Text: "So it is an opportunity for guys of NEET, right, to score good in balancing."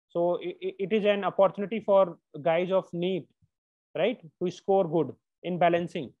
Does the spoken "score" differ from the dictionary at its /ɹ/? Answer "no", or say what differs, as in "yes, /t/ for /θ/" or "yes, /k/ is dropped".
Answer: no